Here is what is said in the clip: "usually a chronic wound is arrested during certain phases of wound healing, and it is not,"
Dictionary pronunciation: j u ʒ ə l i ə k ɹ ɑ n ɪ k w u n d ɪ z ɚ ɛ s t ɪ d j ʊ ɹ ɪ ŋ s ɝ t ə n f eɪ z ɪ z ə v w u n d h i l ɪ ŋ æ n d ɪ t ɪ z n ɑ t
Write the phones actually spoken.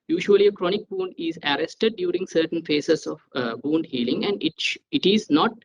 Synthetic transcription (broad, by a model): j u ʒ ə l i ə k ɹ ɑ n ɪ k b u n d ɪ z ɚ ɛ s t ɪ d j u ɹ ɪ ŋ s ɝ t ə n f eɪ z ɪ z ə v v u n d h i l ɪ ŋ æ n d ɪ t ɪ z n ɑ t